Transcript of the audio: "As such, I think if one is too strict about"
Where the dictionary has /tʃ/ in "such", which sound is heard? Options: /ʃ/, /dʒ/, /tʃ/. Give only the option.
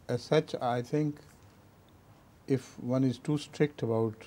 /tʃ/